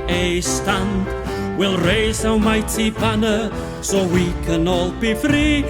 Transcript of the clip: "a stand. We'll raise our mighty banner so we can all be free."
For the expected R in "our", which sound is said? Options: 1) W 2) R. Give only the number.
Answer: 1